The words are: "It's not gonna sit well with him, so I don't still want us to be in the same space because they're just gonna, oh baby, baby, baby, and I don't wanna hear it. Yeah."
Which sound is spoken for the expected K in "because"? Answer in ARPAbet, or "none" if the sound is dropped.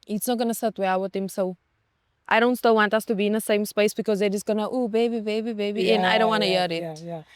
K